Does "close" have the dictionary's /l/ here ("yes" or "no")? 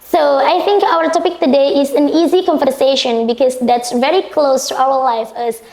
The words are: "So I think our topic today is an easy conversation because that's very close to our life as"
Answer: yes